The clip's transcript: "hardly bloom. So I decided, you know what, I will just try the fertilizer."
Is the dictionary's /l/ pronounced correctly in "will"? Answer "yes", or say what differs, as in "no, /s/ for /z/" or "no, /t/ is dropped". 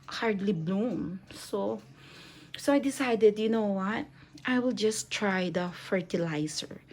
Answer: yes